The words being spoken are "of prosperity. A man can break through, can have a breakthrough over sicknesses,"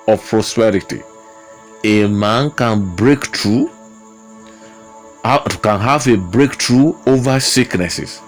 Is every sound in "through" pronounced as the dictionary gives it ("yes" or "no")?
no